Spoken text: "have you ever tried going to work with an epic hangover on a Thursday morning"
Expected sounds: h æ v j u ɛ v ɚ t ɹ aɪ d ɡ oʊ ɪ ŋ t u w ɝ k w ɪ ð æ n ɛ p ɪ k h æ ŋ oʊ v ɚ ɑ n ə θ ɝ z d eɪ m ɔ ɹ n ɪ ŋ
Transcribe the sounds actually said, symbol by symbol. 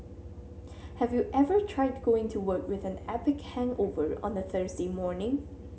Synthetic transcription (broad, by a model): h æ v j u ɛ v ɚ t ɹ aɪ d ɡ oʊ ɪ ŋ t u w ɝ k w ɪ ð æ n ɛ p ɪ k h æ ŋ oʊ v ɚ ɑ n ə θ ɝ z d eɪ m ɔ ɹ n ɪ ŋ